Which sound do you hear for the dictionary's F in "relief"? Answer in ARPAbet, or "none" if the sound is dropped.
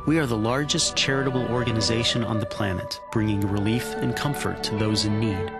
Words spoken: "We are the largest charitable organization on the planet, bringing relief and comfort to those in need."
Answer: F